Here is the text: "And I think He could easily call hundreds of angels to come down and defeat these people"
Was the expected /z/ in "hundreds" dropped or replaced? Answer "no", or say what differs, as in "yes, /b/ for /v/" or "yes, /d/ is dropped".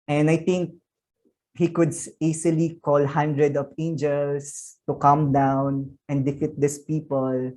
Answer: yes, /z/ is dropped